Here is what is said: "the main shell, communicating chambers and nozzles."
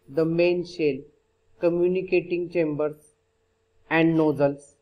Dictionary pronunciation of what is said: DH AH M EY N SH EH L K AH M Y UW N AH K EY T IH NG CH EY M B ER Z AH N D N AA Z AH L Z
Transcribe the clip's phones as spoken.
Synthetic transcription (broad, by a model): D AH M EY N SH EH L K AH M Y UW N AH K EY T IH NG CH EY M B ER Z AH N D N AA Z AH L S